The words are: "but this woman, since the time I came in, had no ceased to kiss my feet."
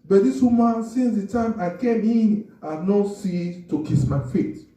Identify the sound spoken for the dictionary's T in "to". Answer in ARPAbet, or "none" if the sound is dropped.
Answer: T